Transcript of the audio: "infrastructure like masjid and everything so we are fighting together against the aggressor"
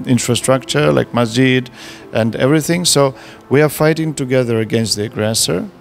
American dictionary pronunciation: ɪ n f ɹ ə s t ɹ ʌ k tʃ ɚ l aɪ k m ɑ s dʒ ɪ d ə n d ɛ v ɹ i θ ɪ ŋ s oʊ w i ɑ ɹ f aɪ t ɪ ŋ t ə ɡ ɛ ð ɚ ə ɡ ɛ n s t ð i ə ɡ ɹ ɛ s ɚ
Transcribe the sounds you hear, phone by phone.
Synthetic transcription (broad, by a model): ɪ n f ɹ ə s t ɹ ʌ k tʃ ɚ l aɪ k m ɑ dʒ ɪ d ə n d ɛ v ɹ i θ ɪ ŋ s oʊ w i ɑ ɹ f aɪ t ɪ ŋ t ə ɡ ɛ ð ɚ ə ɡ ɛ n s t ð i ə ɡ ɹ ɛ s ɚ